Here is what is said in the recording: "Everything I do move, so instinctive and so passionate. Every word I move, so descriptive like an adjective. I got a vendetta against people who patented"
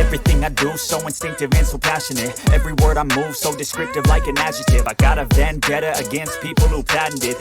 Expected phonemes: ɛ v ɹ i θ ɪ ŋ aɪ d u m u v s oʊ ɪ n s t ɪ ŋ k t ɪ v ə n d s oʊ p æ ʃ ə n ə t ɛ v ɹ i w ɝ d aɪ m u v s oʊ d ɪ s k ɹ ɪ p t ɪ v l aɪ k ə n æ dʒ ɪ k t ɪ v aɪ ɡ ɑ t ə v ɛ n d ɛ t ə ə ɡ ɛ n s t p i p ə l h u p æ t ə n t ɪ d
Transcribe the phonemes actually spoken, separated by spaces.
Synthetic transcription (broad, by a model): ɛ v ɹ i θ ɪ ŋ aɪ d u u s oʊ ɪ n s t ɪ ŋ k t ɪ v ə n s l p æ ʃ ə n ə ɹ ɛ v ɹ i w ɝ d aɪ m u v s oʊ d ɪ s k ɹ ɪ p t ɪ v l aɪ k ə n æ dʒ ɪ t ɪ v aɪ ɡ ɑ t ə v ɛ n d ɛ t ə ə ɡ ɛ n s t p i p l h u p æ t n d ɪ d